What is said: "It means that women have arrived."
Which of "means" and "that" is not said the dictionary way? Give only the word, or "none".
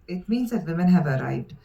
none